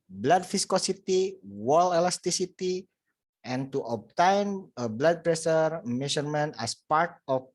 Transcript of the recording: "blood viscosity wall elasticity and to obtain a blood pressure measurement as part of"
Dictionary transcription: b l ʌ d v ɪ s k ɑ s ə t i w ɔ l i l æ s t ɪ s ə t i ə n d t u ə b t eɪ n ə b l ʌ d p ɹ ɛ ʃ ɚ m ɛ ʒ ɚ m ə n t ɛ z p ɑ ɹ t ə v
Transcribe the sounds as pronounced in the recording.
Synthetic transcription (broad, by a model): b l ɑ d f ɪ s k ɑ s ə t i w ɔ l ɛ l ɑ s t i s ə t i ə n t u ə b t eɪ n ə b l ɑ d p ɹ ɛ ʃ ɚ m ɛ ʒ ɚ m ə n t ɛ s p ɑ ɹ t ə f